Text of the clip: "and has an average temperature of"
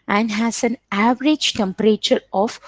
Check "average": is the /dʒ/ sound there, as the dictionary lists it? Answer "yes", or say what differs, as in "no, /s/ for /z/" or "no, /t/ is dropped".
yes